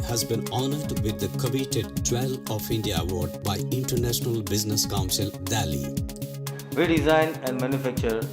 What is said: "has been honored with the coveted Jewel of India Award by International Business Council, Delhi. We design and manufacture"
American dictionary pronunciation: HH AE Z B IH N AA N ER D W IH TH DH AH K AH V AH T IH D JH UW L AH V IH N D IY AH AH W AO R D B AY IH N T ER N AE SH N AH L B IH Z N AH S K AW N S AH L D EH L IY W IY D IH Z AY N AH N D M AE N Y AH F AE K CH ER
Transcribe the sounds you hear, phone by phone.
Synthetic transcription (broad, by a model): HH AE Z B IH N AA N ER D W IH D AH K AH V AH T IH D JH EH L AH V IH N D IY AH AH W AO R D B AY IH N T ER N AE SH N AH L B IH Z N AH S K AW N S AH L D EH L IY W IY D IH Z AY N AH N D M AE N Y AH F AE K CH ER